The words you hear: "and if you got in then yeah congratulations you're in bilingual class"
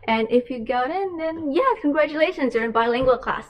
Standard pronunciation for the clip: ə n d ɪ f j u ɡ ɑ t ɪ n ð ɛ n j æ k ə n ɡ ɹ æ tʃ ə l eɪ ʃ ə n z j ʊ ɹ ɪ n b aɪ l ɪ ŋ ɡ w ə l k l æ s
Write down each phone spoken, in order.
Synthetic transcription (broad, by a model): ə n ɪ f j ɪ ɡ ɑ t ɪ n ð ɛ n j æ k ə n ɡ ɹ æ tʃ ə l eɪ ʃ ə n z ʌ ɹ ɪ n b aɪ l ɪ ŋ ɡ w ə l k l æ s